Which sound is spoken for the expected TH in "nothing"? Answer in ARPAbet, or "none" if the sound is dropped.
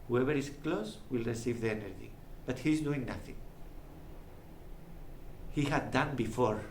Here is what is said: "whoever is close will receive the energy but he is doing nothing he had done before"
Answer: TH